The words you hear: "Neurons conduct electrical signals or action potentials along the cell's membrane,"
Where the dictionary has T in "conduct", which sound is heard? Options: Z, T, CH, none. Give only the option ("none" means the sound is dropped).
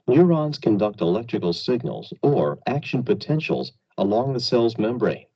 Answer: T